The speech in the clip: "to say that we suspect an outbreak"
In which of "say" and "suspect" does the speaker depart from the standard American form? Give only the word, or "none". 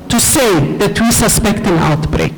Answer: none